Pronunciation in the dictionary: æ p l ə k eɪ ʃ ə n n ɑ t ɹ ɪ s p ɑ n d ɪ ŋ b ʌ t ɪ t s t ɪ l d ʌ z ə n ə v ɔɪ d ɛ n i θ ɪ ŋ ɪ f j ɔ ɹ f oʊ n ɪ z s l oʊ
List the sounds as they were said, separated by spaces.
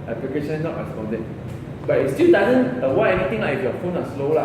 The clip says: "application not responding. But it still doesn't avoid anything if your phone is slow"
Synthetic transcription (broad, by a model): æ p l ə k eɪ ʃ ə n n ɑ t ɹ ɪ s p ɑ n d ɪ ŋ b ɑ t ɪ t s t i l d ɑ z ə n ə w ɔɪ ɛ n i t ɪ ŋ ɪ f j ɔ f oʊ n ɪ s l oʊ